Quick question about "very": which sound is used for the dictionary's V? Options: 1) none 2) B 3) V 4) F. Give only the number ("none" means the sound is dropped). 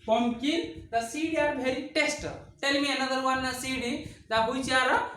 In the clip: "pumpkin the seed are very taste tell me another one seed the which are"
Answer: 2